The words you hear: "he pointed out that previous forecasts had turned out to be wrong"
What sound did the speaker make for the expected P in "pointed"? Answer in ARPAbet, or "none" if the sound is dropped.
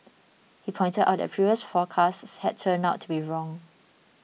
P